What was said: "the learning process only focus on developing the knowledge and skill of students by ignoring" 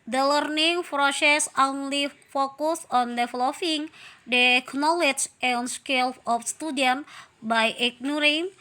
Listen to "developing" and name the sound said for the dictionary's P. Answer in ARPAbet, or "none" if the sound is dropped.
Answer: F